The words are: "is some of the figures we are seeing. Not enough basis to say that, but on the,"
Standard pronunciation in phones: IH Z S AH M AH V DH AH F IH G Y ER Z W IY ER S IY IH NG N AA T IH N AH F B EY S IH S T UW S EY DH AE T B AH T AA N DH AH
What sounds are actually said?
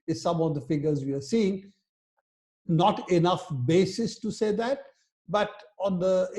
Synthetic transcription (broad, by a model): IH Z S AH M AH V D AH F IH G ER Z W IY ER S IY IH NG N AA T IH N AH F B EY S IH S T UW S EY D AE T B AH T AA N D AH